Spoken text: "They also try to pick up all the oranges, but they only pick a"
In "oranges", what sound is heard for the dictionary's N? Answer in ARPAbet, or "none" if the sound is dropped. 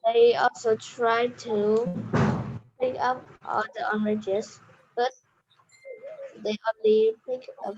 none